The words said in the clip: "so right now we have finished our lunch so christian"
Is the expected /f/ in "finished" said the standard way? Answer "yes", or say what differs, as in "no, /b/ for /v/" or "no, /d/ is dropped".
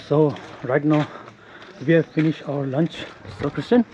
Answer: yes